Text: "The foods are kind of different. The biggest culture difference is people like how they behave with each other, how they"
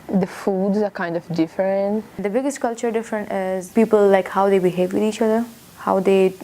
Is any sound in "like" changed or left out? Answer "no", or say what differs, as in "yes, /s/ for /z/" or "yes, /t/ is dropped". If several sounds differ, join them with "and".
no